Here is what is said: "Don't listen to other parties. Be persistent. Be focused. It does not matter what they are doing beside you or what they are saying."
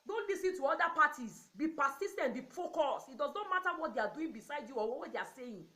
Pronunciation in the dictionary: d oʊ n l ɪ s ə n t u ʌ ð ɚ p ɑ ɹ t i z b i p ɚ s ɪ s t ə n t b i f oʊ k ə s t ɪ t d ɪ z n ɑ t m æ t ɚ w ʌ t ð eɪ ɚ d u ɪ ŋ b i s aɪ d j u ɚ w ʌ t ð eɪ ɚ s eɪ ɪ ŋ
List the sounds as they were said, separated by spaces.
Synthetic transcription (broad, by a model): d oʊ n l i s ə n t u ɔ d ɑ p ɑ t i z b i p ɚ s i s t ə n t b i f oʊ k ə s ɪ t d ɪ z n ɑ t m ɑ t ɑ w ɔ t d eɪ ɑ d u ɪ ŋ b i s aɪ d j u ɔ w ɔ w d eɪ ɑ s eɪ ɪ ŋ